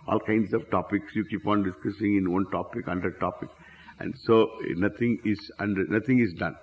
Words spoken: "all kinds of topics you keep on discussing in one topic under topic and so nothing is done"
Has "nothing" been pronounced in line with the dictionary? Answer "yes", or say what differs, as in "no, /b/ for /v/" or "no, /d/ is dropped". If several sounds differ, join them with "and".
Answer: no, /t/ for /θ/